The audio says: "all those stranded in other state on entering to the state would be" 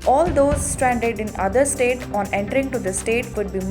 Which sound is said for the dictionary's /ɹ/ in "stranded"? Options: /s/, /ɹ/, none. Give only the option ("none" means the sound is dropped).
/ɹ/